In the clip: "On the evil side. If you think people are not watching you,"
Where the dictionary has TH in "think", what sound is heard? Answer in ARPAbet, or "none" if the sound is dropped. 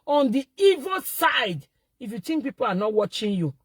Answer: T